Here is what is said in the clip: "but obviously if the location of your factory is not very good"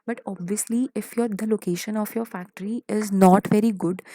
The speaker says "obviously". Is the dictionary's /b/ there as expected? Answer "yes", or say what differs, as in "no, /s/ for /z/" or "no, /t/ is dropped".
yes